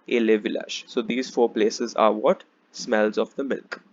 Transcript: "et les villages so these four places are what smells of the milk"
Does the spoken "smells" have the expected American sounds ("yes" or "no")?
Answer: yes